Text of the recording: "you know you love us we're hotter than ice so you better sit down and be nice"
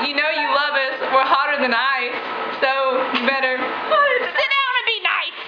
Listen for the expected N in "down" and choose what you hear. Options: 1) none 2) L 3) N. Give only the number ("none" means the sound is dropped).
1